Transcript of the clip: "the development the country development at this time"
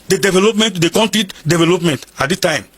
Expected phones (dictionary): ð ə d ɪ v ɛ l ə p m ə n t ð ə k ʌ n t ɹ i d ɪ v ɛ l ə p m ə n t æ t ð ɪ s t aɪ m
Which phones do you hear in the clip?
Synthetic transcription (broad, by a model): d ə d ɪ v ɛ l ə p m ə n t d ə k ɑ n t i d ɪ v ɛ l ə p m ə n t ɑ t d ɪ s t aɪ m